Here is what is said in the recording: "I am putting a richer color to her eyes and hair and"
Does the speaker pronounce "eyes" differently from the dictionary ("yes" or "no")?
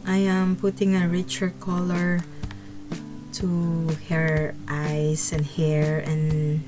yes